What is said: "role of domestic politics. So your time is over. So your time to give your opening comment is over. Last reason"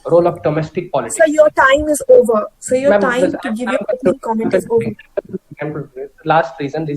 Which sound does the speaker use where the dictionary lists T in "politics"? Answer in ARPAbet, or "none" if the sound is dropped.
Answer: S